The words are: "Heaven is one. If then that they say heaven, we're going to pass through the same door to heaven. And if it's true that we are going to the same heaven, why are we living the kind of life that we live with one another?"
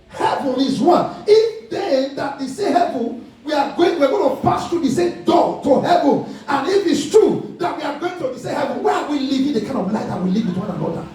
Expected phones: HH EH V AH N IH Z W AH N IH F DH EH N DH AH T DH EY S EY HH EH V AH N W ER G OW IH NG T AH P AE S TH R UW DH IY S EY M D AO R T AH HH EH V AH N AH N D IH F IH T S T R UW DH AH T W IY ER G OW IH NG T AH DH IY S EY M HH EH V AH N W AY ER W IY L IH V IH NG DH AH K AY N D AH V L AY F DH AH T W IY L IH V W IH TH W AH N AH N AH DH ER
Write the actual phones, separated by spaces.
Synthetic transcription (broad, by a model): HH EH V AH N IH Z W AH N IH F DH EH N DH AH T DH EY S EY HH EH V AH N W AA G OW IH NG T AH P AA S T R UW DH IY S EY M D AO T AH HH EH V AH N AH N IH F IH T S T R UW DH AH T W IY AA G OW IH NG T AH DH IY S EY HH EH V AH N W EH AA W IY L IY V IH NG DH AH K AY N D AH V L AY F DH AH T W IY L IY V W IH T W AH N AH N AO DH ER